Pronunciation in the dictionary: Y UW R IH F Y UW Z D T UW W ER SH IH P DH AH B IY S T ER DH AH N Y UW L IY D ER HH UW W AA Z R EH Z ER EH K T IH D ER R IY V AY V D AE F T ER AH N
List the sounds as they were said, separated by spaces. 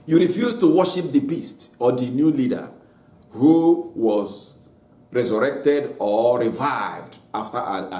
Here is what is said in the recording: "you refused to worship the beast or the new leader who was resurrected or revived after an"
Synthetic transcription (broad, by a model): Y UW R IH F Y UW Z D T UW W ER SH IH P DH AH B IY S T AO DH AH N Y UW L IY D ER HH UW W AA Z R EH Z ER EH K T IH D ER R IY V AY V D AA F T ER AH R